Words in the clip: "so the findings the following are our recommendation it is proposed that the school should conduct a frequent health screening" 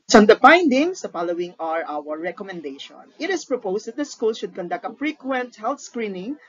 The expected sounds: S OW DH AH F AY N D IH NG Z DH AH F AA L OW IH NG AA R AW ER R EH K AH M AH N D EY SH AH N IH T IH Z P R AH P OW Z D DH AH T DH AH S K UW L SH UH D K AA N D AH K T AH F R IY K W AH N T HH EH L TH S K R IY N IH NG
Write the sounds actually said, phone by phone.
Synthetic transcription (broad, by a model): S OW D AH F AY N D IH NG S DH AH F AA L OW IH NG AA R AW ER R EH K AH M AH N D EY SH AH N IH T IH S P R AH P OW S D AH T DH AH S K UW L SH UH D K AA N D AH K T AH F R IY K W AH N T HH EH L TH S K R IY N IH NG